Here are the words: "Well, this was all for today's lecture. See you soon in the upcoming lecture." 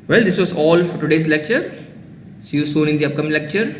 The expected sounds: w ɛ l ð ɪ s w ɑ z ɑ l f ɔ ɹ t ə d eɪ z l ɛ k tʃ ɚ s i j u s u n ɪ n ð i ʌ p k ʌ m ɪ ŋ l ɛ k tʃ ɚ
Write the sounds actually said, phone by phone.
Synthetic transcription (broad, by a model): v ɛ l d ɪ s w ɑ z ɑ l f ɔ ɹ t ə d eɪ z l ɛ k tʃ ɚ ʃ i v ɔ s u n ɪ n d i ʌ p k ʌ m ɪ ŋ l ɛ k tʃ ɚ